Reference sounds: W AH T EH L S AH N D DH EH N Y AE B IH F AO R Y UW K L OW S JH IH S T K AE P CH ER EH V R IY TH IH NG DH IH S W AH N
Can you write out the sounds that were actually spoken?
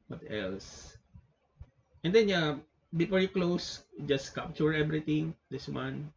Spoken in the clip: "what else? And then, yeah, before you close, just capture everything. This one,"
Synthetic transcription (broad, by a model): W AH T EH L S AH N D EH N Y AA B IH F AO R Y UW K L OW S JH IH S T K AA P CH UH EH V R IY T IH NG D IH S W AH N